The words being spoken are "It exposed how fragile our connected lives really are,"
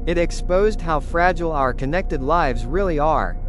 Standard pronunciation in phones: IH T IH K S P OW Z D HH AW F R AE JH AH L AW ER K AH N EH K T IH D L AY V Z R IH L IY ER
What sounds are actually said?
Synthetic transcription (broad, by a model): IH T IH K S P OW Z D HH AW F R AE JH L AW ER K AH N EH K T IH D L AY V Z R IH L IY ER